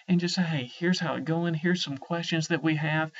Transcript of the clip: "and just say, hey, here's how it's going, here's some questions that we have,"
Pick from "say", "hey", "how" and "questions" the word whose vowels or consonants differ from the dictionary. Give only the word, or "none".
none